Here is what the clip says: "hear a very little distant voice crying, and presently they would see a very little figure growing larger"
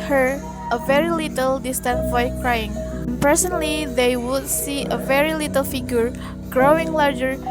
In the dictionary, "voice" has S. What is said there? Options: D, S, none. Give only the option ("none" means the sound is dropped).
none